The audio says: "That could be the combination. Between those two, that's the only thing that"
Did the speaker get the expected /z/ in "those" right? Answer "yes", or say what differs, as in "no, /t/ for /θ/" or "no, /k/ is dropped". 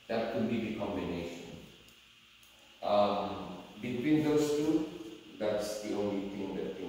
no, /s/ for /z/